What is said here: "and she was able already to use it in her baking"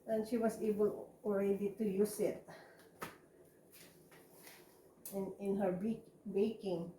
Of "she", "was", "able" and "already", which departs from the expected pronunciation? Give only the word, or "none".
was